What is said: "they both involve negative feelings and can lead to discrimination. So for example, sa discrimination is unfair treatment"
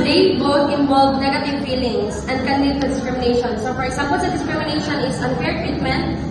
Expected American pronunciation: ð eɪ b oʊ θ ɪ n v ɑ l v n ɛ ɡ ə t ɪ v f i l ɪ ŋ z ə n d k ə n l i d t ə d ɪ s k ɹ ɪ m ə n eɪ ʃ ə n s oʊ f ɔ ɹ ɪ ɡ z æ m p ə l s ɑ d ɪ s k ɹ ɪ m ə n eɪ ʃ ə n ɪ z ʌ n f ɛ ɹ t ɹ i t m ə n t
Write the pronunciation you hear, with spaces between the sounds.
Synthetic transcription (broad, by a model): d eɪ b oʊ t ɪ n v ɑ l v n ɛ ɡ ə t ɪ v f i l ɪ ŋ s ə n d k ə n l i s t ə d ɪ s k ɹ ɪ m ə n eɪ ʃ ə n s oʊ f ɔ ɹ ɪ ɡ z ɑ m p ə l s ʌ d ɪ s k ɹ ɪ m ə n eɪ ʃ ə n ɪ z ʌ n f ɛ ɹ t ɹ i t m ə n t